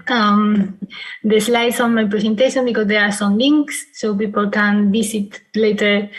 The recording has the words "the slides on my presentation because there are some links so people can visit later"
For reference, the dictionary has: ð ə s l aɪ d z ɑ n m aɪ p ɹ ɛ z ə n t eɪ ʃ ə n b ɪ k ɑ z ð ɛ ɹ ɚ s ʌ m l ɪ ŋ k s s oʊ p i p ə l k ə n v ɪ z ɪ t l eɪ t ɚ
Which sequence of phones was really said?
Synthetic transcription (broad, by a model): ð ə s l aɪ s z ɑ n m aɪ p ɹ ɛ s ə n t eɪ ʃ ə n b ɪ k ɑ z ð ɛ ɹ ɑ s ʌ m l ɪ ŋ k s s oʊ p i p ə l k ə n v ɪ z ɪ t l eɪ t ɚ